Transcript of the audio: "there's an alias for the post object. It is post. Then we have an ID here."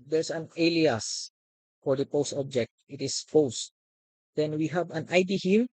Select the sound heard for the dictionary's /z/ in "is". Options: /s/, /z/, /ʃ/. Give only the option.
/s/